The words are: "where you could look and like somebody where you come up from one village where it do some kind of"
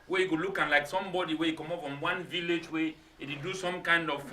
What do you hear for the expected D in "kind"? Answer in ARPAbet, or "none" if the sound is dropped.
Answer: D